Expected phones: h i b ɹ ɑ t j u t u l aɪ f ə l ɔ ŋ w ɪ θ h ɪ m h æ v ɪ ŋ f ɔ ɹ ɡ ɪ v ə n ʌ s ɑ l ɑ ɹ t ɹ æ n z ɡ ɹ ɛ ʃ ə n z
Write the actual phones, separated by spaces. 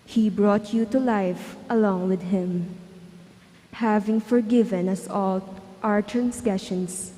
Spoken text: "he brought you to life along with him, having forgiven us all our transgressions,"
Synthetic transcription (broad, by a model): h i b ɹ ɑ t j u t u l aɪ f ə l ɔ ŋ w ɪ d h ɪ m h æ v ɪ ŋ f ɔ ɹ ɡ ɪ v ə n ʌ s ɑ l ɑ ɹ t ɹ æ n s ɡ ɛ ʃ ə n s